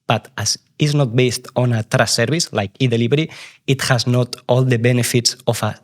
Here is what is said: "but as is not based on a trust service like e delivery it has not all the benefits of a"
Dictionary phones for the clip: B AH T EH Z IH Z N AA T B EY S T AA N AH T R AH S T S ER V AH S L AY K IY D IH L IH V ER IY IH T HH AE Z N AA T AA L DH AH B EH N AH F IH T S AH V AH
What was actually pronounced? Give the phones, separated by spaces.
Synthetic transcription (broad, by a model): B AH T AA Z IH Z N AA T B EY S T AA N AH T R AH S S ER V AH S L AY K IY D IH L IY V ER IY IH T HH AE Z N AA T AA L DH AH B EH N AH F IH T S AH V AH